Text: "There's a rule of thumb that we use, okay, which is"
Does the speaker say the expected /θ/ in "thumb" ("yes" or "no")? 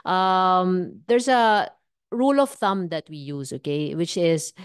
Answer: yes